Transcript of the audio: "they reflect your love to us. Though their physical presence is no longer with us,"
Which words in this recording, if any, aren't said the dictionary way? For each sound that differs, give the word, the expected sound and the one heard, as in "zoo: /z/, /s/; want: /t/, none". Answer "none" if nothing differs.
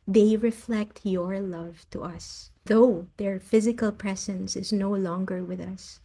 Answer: none